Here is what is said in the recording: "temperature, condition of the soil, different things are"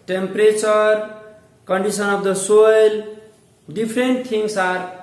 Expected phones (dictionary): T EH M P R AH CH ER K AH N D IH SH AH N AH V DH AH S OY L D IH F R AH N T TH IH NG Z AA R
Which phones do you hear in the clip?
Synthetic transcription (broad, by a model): T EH M P R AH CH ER K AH N D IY S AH N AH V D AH S OY L D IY P R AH N T T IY NG S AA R